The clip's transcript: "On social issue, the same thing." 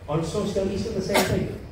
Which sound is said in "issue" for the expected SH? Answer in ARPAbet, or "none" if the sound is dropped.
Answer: S